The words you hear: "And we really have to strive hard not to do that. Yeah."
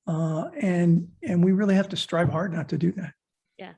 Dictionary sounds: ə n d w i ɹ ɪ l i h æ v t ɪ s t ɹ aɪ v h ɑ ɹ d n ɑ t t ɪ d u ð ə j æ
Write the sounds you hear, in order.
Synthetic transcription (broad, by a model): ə n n w i ɹ ɪ l i h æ f t ɪ s t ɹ aɪ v h ɑ ɹ d n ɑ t t ɪ d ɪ ð ə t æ